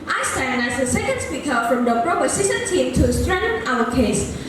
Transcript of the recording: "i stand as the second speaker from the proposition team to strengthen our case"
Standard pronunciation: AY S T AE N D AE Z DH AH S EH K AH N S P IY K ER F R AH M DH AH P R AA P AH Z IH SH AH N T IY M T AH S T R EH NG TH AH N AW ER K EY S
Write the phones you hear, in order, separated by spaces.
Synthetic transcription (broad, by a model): AY S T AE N AE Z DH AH S EH K AH N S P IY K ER F R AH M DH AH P R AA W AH S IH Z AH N T IY M T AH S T R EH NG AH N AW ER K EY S